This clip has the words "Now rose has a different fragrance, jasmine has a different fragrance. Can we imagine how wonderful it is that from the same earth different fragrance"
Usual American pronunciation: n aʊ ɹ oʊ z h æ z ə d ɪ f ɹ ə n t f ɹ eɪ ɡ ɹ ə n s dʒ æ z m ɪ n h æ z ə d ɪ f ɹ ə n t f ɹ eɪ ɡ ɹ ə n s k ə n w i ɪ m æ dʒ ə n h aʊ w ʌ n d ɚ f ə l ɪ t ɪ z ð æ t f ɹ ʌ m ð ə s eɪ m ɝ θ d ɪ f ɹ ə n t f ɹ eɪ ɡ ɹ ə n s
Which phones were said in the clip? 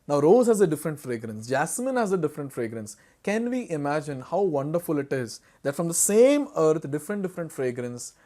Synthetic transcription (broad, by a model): n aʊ ɹ oʊ z h æ z ə d ɪ f ɹ ə n t f ɹ eɪ ɡ ɹ ə n s dʒ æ s m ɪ n h æ z ə d ɪ f ɹ ə n t f ɹ eɪ ɡ ɹ ə n s k ə n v i ɪ m æ dʒ ə n h aʊ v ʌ n d ɚ f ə l ɪ t ɪ z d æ t f ɹ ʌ m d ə s eɪ m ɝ t d ɪ f ɹ ə n t f ɹ eɪ ɡ ɹ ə n s